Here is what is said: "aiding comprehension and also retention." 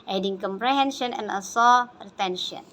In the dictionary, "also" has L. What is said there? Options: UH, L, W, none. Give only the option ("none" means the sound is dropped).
none